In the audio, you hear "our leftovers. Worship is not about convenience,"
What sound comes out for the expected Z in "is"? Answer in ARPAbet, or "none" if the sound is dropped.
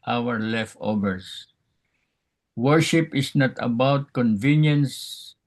S